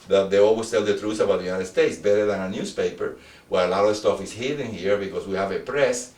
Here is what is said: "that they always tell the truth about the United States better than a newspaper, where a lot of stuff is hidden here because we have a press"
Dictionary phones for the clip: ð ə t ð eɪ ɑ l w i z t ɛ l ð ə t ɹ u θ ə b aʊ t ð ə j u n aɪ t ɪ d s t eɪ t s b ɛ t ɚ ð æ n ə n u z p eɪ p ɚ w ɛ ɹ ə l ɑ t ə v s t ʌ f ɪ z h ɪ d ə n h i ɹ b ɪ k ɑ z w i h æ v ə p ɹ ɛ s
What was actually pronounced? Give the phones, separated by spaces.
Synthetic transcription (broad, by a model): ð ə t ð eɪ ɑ l w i s t ɛ l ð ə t ɹ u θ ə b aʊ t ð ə j u n aɪ t ɪ d s t eɪ t s b ɛ t ɚ ð æ n ə n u s p eɪ p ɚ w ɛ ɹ ə l ɑ t ə v s t ʌ f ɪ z h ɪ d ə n h i ɹ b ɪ k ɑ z w i h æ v ə p ɹ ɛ s